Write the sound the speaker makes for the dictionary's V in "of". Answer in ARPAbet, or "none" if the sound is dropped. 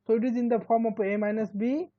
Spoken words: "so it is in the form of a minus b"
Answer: P